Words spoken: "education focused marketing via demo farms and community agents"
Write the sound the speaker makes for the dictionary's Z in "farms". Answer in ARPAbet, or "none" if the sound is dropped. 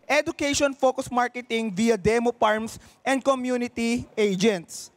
S